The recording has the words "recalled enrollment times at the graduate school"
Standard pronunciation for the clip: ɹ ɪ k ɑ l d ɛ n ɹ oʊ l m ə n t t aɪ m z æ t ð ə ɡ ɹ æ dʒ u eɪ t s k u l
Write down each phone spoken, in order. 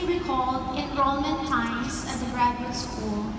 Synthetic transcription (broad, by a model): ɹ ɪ k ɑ l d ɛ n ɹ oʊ m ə n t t aɪ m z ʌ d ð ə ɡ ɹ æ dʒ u s k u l